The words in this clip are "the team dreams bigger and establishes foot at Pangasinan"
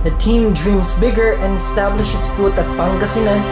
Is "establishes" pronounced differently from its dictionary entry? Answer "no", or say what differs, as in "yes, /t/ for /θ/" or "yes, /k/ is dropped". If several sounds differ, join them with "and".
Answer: yes, /s/ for /z/